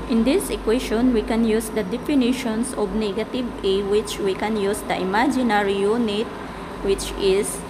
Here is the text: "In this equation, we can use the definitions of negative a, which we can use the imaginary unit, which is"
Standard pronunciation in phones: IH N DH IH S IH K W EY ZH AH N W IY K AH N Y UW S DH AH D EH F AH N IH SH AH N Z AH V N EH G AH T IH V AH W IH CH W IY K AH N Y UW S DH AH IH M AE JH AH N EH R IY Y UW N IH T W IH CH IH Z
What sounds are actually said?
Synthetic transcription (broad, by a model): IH N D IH S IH K W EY SH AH N W IY K AH N Y UW S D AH D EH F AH N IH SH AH N S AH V N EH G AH T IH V AH W IH CH W IY K AH N Y UW S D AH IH M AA JH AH N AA R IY Y UW N IH T W IH CH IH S